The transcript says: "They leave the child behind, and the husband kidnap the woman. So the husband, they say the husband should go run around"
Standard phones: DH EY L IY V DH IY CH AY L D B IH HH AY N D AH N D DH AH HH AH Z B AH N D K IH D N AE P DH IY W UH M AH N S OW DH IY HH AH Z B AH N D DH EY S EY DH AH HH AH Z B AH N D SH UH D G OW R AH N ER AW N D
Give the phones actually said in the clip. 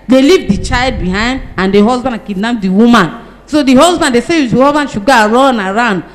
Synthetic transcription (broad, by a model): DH EY L IY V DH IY CH AY L D B IH HH AY N D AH N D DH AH HH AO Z B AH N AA K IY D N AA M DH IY W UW M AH N S OW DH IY HH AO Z B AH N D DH EY S EY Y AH HH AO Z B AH N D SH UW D G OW R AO N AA AW N D